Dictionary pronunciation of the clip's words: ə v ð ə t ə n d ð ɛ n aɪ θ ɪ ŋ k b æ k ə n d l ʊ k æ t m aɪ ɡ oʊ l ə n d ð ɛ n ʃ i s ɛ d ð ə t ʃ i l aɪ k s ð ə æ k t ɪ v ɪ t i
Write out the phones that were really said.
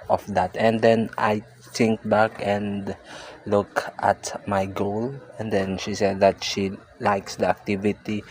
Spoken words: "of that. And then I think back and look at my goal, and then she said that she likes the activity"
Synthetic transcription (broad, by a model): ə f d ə t ə n d ɛ n aɪ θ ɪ ŋ k b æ k ə n d l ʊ k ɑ t m aɪ ɡ oʊ l ə n d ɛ n ʃ i s ɛ d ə t ʃ i l aɪ k s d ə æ k t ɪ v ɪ t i